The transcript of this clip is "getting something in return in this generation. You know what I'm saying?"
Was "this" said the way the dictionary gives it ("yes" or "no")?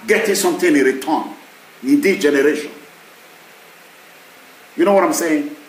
no